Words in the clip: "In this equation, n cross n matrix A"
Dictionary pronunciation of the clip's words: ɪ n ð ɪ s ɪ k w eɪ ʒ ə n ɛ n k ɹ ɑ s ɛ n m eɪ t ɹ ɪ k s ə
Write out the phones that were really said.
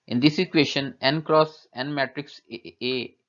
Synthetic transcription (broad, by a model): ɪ n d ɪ s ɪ k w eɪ ʃ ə n ɛ n k ɹ ɑ s ɛ n m eɪ t ɹ ɪ k s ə